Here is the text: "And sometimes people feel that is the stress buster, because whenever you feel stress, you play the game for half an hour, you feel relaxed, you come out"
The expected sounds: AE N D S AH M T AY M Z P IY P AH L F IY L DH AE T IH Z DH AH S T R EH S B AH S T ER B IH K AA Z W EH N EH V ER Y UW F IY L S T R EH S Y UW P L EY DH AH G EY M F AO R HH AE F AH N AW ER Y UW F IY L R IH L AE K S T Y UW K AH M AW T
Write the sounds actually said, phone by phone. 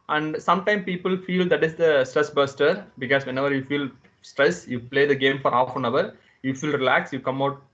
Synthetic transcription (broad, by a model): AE N D S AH M T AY M P IY P AH L F IY L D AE T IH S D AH S T R EH S B AH S T ER B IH K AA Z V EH N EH V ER Y UW F IY L S T R EH S Y UW P L EY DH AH G EY M F AO R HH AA F AH N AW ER Y UW F IY L R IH L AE K S Y UW K AH M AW T